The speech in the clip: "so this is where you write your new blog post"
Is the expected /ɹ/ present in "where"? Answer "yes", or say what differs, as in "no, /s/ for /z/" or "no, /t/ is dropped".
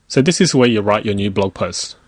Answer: no, /w/ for /ɹ/